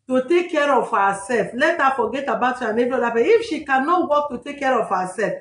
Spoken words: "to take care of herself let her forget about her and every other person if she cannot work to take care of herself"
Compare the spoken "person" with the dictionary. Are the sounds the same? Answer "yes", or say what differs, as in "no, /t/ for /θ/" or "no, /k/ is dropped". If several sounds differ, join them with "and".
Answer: no, /n/ is dropped